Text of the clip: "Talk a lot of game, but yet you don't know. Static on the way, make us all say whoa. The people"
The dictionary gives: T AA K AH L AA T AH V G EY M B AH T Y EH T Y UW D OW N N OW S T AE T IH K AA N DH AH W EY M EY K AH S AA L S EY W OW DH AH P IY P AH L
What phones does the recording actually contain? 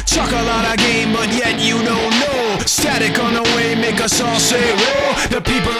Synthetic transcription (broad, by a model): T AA K AH L AA T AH G EY M B AH T Y EH T Y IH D OW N N OW S T AE T IH K N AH W EY M EY K AH S AA L S EY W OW DH AH P IY P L